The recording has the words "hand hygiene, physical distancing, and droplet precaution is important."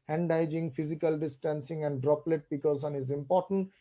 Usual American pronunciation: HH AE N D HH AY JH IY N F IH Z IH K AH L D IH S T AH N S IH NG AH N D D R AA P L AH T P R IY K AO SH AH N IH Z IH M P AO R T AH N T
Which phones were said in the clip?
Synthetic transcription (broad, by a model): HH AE N D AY JH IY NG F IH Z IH K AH L D IH S T AH N S IH NG AH N D D R AA P L AH T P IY K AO S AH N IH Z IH M P AO R T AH N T